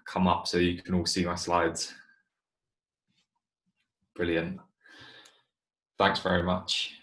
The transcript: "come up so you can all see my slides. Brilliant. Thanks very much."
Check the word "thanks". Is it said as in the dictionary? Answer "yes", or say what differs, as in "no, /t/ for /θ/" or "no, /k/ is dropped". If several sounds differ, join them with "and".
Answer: yes